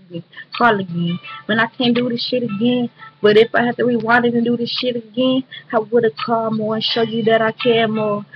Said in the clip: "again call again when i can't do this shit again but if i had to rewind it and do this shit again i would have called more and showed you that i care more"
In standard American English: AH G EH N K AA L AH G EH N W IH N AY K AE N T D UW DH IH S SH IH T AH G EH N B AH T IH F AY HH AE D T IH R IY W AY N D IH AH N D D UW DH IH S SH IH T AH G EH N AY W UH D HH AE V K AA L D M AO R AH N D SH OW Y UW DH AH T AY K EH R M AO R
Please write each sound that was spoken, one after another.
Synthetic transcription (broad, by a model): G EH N K AA L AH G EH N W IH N AY K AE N D UW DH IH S SH IH T AH G EH N B AH T IH F AY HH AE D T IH W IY W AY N IH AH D D UW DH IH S SH IH T AH G EH N AY W UH D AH K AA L M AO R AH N SH OW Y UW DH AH T AY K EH M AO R